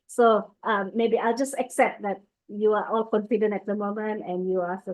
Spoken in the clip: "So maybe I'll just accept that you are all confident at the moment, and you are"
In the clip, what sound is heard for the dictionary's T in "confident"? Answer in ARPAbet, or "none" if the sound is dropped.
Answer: none